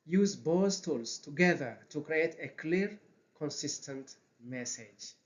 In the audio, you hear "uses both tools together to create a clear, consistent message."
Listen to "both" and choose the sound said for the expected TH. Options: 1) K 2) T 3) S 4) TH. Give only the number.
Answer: 3